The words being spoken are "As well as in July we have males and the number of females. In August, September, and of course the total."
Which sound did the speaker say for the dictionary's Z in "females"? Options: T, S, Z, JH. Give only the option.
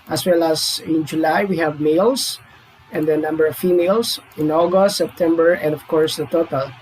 S